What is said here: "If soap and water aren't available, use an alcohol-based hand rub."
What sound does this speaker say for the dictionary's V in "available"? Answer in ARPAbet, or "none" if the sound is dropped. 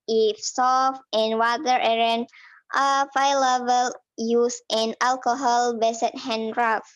F